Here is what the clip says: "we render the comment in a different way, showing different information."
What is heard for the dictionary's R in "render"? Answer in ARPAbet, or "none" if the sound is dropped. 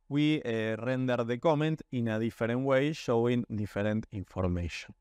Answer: R